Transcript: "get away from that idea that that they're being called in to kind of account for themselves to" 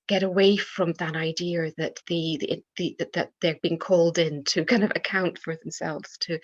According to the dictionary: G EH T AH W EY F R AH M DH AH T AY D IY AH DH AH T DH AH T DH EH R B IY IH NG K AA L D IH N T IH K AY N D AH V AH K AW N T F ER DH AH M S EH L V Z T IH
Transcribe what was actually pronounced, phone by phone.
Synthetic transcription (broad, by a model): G EH T AH W EY F R AH M DH AH T AY D IY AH DH AH T DH AH T DH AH R B IY IH NG K AA L D IH N T IH K AY N D AH V AH K AW N T F ER DH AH M S EH L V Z T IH